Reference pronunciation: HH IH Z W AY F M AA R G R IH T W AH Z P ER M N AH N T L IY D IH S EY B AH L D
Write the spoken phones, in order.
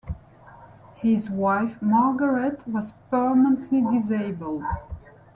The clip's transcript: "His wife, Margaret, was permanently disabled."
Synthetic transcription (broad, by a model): HH IH Z W AY F M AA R G R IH T W AH Z P ER M AH N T L IY D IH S EY B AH L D